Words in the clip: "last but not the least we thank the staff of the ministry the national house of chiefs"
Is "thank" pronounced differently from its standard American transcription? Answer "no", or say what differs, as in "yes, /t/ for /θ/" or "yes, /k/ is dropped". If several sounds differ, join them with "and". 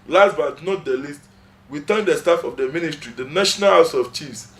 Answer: yes, /t/ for /θ/